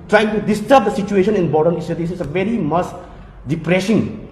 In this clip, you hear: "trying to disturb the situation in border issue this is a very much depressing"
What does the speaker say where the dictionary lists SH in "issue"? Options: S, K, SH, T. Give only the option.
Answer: S